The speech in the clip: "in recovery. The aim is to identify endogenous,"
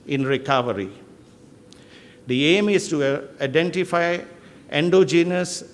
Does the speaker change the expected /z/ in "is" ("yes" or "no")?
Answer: yes